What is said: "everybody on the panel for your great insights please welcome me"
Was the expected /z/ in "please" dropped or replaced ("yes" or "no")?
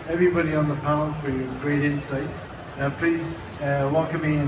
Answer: no